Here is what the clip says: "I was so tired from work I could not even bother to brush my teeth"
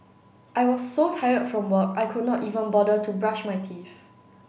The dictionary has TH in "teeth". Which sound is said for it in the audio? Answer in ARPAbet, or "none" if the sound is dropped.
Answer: F